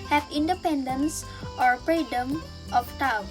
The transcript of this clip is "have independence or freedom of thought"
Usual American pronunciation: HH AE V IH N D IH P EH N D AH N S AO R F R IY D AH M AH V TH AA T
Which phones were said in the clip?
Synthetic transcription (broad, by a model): HH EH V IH N D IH P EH N D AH N S AO R P R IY D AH M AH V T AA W